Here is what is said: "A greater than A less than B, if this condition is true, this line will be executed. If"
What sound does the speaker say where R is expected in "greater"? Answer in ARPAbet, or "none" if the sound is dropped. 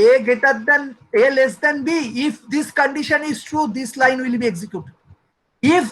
none